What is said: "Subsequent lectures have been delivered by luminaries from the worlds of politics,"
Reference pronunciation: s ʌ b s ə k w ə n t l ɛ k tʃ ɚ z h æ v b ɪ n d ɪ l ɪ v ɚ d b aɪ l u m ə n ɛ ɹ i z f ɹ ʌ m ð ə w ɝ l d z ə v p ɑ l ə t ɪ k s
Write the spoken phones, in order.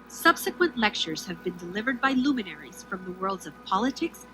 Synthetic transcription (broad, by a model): s ʌ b s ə k w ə n t l ɛ k tʃ ɚ z h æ v b ɪ n d ɪ l ɪ v ɚ d b aɪ l u m ə n ɛ ɹ i z f ɹ ʌ m ð ə w ɝ l d z ə v p ɑ l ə t ɪ k s